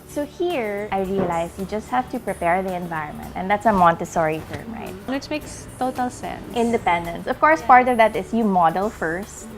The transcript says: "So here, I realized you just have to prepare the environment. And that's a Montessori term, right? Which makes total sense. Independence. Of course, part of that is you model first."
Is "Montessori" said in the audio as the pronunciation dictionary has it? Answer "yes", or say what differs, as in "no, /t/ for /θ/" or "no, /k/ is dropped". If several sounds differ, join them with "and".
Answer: yes